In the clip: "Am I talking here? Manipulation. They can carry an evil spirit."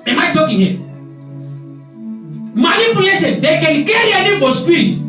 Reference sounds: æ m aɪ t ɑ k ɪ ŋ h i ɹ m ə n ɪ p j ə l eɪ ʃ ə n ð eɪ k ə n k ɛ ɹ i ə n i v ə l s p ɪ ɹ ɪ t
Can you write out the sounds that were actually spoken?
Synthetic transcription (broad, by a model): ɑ m aɪ t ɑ k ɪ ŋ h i m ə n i p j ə l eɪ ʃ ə n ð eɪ k ə n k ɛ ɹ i ə n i f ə s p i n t